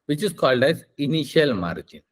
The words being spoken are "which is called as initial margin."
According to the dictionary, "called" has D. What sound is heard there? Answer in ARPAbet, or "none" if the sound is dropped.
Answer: D